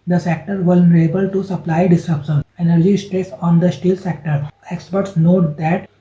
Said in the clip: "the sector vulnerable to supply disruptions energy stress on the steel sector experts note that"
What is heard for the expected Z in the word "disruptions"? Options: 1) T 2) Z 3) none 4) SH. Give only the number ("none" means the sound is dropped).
3